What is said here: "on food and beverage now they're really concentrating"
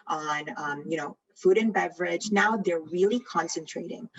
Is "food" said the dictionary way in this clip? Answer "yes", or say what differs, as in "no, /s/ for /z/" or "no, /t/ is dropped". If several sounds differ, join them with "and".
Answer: yes